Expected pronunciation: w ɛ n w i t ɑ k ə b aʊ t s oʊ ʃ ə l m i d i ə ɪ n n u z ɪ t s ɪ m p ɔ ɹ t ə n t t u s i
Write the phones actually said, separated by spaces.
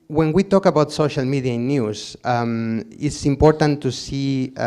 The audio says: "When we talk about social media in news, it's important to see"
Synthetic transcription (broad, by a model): w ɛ n w i t ɑ k ə b aʊ t s oʊ ʃ ə l m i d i ɪ n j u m ɪ t s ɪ m p ɔ ɹ t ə n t t u s i